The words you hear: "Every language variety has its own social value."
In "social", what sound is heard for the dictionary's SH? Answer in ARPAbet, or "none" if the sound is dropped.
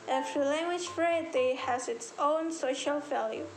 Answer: SH